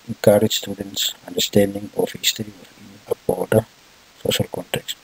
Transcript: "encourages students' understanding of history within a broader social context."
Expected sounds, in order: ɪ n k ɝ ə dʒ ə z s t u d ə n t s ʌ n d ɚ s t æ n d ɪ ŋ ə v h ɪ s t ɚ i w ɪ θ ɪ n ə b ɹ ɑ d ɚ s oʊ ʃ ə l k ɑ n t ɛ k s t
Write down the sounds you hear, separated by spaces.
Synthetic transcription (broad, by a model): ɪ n k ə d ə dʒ s t u d ə n t s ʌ n d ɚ s t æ n d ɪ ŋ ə f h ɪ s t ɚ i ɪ f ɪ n ə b ɑ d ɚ s oʊ ʃ ə l k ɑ n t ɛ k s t